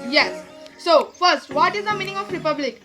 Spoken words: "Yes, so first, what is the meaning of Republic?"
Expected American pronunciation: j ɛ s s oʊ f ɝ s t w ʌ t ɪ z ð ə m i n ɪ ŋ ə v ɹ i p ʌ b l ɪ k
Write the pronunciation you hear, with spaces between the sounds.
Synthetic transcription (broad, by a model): j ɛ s s oʊ f ɝ s t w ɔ t ɪ z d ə m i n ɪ ŋ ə f ɹ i p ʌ b l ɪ k